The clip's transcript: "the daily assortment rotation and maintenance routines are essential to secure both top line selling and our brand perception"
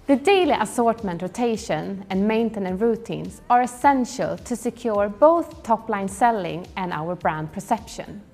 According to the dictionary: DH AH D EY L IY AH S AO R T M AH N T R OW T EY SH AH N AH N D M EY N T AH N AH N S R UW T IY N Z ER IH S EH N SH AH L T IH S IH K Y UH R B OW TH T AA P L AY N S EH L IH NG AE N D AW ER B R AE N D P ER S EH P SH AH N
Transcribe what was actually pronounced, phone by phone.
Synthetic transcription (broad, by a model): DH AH D EY L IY AH S AO R T M AH N T R OW T EY SH AH N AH N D M EY N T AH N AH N R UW T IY N S ER IH S EH N SH AH L T IH S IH K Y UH R B OW TH T AA P L AY N S EH L IH NG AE N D AW ER B R AE N D P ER S EH P SH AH N